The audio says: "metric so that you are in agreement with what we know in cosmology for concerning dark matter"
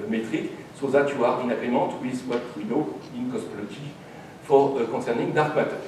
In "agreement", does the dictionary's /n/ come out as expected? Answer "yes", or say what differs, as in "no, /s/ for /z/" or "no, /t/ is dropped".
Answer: no, /n/ is dropped